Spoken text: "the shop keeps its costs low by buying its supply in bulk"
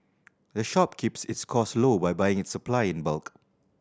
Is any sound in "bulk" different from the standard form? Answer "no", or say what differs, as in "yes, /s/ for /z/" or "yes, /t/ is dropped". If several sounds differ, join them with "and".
no